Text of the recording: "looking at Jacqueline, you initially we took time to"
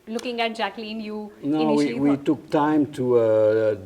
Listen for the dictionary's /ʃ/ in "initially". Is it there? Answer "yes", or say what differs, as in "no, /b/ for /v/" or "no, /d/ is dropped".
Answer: no, /ʃ/ is dropped